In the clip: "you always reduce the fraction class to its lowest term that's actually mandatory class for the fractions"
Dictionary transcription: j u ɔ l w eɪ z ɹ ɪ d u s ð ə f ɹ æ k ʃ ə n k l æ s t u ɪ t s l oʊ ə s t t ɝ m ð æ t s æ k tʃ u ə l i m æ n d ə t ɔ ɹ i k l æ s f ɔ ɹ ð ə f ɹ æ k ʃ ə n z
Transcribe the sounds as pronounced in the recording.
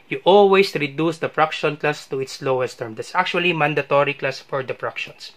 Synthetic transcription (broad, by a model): j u ɔ l w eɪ s ɹ ɪ d u s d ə p ɹ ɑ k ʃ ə n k l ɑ s t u ɪ t s l oʊ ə s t t ɝ m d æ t s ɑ k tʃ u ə l i m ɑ n d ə t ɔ ɹ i k l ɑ s f ɔ ɹ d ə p ɹ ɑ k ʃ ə n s